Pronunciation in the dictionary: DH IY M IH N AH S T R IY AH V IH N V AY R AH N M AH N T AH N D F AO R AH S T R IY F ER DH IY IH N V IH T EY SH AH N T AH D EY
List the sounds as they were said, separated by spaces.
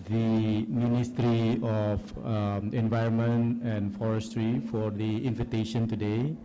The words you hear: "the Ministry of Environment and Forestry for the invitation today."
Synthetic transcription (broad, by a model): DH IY M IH N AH S T R IY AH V IH N V AY R AH N M AH N T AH N F AO R AH S T R IY F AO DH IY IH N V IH T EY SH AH N T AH D EY